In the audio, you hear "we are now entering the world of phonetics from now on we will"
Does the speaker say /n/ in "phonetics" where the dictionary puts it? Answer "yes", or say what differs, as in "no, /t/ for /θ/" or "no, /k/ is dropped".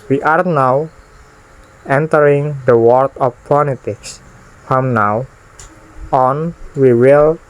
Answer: no, /l/ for /n/